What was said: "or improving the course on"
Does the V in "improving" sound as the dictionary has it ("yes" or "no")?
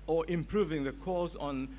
yes